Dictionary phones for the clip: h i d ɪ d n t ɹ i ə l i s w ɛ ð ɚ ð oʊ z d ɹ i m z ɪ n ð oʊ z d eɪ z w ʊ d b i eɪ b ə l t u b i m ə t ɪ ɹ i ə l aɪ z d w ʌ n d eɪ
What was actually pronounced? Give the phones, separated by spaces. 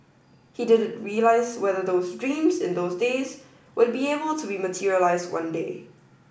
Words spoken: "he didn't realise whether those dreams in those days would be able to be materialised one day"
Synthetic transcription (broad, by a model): h i d ɪ d n t ɹ i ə l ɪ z w ɛ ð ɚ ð oʊ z d ɹ i m z ɪ n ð oʊ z d eɪ z w ʊ d b i eɪ b ə l t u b i m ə t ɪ ɹ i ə l aɪ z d w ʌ n d eɪ